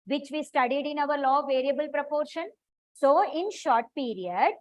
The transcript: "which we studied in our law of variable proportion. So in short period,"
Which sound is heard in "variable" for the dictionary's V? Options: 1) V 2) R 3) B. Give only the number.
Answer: 1